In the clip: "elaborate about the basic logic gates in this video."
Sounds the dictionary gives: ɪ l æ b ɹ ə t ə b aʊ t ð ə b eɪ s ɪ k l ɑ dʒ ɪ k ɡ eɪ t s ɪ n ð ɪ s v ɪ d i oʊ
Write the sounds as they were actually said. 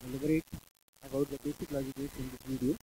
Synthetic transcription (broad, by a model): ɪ l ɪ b ɹ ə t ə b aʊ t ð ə b eɪ s ɪ k l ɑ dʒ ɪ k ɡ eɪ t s ɪ n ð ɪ v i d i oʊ